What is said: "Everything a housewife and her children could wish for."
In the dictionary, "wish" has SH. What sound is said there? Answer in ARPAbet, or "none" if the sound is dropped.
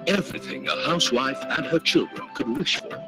SH